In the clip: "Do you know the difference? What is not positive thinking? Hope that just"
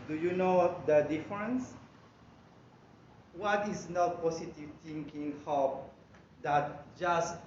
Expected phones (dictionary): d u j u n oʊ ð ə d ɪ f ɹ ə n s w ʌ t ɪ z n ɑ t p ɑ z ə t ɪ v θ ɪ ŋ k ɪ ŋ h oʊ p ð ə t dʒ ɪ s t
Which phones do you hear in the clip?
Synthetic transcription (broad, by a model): d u j u n oʊ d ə d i f ɹ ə n s w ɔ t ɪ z n ɑ t p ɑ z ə t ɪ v t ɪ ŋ k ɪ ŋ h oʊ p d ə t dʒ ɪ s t